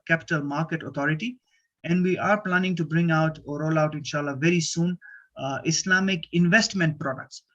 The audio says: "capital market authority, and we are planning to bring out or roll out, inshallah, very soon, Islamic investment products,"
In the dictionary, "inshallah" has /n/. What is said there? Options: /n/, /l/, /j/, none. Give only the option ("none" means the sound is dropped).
/n/